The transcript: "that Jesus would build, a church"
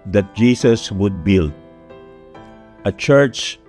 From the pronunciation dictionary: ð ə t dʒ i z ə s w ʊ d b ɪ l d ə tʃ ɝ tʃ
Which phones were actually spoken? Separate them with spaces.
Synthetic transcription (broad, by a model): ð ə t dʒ i s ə s w ʊ d b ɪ l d ə tʃ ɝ tʃ